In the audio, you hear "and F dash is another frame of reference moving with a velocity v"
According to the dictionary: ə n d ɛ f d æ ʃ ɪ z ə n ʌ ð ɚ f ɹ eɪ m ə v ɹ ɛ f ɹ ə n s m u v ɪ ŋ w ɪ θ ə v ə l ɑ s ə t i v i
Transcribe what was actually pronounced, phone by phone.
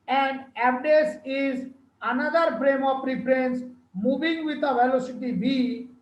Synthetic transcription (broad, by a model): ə n d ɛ p d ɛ s ɪ z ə n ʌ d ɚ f ɹ eɪ m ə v ɹ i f ɹ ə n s m u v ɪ ŋ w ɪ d ə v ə l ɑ s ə t i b i